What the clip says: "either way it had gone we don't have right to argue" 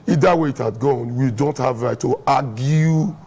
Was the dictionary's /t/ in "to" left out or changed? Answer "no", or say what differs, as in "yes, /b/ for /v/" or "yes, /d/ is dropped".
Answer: no